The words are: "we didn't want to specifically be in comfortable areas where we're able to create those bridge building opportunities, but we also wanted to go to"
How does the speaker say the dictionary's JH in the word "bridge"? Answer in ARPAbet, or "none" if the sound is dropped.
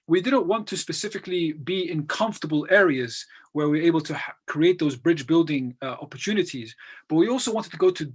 JH